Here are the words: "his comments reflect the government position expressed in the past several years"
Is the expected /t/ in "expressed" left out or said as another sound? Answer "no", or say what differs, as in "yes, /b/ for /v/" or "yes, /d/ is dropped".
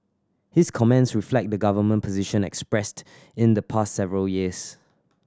no